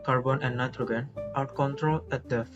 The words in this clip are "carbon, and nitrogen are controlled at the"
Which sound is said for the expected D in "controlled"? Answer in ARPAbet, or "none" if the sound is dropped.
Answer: none